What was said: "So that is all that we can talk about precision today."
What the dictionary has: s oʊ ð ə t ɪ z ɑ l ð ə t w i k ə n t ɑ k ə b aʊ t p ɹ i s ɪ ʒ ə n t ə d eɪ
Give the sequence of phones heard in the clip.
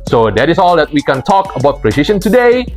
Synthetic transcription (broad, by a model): s oʊ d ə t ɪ s ɑ l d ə t w i k ə n t ɑ k ə b aʊ t p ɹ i ʃ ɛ ʃ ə n t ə d eɪ